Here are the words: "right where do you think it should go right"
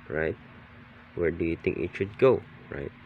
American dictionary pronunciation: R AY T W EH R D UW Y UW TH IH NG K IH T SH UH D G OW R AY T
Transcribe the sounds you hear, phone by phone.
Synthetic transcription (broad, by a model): R AY T W EH R D UW Y UW T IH NG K IH T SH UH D G OW R AY T